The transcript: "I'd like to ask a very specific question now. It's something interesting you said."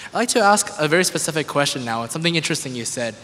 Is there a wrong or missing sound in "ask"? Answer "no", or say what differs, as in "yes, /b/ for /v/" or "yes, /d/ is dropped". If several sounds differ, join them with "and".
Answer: no